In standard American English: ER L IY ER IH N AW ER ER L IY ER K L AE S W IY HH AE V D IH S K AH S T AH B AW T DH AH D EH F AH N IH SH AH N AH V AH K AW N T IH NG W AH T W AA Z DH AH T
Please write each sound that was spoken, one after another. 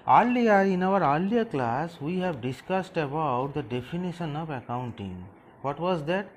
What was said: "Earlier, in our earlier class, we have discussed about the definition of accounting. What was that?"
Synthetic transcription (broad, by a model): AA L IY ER IH N AW ER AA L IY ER K L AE S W IY HH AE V D IH S K AH S T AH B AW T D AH D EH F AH N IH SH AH N AH V AH K AW N T IH NG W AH T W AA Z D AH T